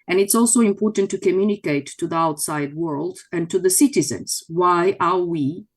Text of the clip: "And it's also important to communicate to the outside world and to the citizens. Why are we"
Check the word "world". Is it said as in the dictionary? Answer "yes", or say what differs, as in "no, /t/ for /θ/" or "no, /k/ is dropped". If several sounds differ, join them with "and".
yes